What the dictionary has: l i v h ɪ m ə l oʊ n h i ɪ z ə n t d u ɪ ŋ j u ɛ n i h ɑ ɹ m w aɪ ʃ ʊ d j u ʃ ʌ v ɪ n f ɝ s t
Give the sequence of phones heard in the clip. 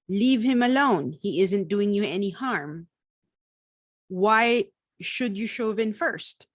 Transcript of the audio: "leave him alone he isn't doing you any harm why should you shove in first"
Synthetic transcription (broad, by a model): l i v h ɪ m ə l oʊ n h i ɪ z ə n t d u ɪ ŋ j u ɛ n i h ɑ ɹ m w aɪ ʃ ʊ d j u ʃ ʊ v ɪ n f ɝ s t